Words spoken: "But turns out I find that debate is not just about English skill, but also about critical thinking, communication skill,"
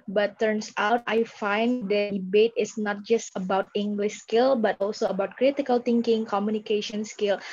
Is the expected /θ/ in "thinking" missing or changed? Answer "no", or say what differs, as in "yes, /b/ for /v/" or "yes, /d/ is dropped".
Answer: yes, /t/ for /θ/